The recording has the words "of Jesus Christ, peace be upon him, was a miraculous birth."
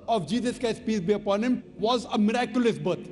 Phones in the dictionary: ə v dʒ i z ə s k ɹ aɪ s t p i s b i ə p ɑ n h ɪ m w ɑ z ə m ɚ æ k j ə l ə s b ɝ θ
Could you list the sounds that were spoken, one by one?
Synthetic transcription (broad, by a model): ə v dʒ i z ə s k aɪ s p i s b i ə p ɑ n h ɪ m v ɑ z ə m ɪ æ k j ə l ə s b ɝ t